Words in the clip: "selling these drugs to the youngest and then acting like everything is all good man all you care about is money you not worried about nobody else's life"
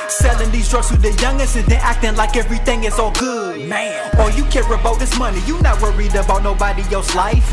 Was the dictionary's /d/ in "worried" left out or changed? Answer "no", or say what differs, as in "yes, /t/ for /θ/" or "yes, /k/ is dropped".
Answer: no